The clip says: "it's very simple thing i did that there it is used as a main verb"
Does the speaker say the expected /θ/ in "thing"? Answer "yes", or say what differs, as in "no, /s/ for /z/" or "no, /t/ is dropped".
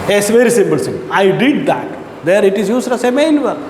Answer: no, /s/ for /θ/